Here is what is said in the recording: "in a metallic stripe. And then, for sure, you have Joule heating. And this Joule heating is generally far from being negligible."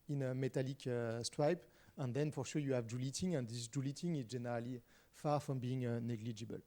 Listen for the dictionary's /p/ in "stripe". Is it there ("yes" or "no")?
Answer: yes